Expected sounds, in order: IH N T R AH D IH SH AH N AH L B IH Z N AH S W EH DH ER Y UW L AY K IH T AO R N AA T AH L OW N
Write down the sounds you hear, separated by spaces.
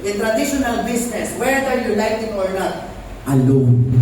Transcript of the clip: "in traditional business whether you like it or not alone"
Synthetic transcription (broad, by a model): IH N T R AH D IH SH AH N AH L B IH S N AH S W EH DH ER Y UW N AY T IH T AO R N AA T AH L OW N